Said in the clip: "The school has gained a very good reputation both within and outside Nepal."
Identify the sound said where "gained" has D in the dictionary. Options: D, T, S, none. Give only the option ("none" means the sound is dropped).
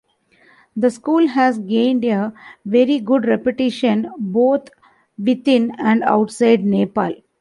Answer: D